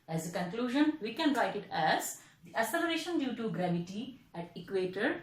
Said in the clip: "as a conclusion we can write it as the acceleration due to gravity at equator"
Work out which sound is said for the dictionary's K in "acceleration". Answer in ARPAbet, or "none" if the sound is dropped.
none